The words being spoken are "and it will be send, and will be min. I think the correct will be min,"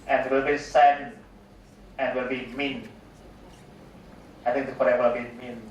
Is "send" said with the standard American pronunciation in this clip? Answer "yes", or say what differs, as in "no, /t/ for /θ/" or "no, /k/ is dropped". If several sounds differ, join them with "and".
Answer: no, /d/ is dropped